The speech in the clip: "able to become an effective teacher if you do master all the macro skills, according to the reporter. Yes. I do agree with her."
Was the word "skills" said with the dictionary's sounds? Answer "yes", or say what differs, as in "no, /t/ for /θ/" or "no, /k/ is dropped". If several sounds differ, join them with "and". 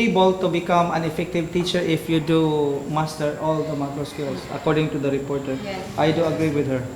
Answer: no, /s/ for /z/